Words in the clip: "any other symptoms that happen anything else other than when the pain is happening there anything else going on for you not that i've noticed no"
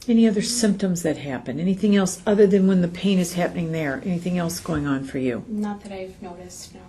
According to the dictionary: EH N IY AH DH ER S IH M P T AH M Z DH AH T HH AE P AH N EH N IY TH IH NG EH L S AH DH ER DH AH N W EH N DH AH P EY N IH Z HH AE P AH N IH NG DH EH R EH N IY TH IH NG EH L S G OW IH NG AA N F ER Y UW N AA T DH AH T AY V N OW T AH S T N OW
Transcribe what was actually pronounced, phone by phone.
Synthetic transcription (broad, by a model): EH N IY AH DH ER S IH M P T AH M Z DH AH T HH AE P AH N EH N IY TH IH NG EH L S AH DH ER DH AH N W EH N DH AH P EY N IH Z HH AE P AH N IH NG DH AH R EH N IY TH IH NG EH L S G OW IH NG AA N F ER Y UW N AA T DH AH T AY V N OW T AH S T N